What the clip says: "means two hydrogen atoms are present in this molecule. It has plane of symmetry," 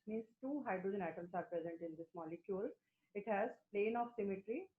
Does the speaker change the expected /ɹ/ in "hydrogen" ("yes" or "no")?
no